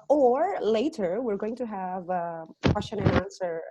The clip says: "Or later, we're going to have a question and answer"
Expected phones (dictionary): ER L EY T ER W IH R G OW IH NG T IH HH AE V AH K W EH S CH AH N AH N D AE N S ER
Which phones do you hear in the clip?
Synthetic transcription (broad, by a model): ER L EY T ER W IH R G OW IH NG T IH HH AE V AH K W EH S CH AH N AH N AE N S ER